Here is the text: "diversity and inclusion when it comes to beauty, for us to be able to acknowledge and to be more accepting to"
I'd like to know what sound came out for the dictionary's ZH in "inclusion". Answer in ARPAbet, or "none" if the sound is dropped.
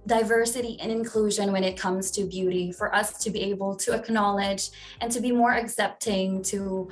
ZH